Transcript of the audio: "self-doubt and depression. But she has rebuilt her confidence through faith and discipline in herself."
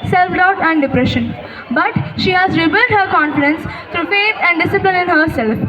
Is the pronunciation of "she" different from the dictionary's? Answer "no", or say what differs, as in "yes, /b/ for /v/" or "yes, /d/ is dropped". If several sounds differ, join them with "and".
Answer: no